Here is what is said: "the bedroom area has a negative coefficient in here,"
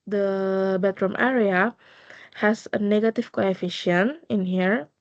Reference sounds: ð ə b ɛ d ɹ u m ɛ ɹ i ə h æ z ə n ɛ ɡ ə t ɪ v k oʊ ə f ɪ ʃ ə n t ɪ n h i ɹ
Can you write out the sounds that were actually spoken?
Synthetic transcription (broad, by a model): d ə b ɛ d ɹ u m ɛ ɹ i ə h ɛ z ə n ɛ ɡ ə t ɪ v k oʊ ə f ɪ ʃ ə n ɪ n h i ɹ